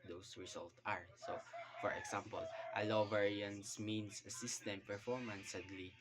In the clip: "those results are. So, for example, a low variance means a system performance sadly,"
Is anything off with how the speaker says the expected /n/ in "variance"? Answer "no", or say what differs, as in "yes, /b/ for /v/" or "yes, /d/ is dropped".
no